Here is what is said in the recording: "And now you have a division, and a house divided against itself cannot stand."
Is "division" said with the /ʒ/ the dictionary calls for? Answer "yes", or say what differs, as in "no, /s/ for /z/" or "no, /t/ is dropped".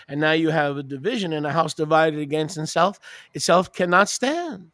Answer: yes